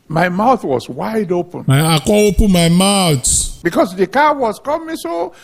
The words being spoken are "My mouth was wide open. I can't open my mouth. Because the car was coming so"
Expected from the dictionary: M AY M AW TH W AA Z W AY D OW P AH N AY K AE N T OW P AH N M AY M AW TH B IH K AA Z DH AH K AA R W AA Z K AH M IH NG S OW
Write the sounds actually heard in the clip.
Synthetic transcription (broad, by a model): M AY M AW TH W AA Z W AY D OW P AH N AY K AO OW P AH N M AY M AW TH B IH K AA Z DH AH K AA W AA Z K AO M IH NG S OW